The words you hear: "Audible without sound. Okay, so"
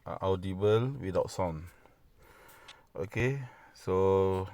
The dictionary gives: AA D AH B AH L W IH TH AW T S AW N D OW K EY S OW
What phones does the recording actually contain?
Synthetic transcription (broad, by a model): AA D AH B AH L W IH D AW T S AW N OW K EY S OW